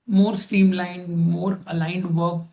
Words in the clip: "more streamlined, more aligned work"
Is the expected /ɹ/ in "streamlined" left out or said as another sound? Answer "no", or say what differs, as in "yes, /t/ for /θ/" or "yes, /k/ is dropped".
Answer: yes, /ɹ/ is dropped